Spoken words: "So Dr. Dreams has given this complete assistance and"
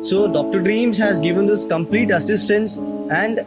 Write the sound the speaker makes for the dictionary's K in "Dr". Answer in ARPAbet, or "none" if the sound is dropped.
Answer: K